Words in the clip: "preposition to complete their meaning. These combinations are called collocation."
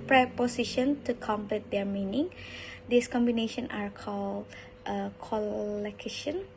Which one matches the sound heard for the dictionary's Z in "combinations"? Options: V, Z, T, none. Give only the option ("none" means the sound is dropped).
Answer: none